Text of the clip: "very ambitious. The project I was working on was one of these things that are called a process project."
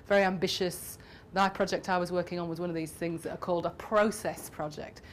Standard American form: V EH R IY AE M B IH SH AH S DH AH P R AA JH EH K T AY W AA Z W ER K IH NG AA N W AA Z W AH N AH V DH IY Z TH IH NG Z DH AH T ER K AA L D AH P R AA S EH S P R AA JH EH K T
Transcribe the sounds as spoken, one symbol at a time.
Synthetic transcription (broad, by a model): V EH R IY AE M B IH SH AH S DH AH P R AA JH EH K T AY W AA Z W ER K IH NG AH N W AA Z W AH N AH V DH IY Z TH IH NG Z DH AH T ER K AA L D AH P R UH S EH S P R AA JH EH K T